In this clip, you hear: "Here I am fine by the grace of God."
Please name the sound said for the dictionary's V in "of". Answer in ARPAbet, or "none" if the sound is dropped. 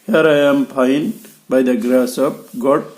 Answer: P